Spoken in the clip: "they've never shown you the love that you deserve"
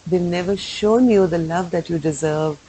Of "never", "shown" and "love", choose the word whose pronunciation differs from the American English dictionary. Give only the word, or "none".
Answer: none